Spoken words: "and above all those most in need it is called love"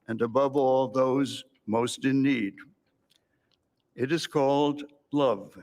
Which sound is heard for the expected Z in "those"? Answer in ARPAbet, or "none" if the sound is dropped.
Z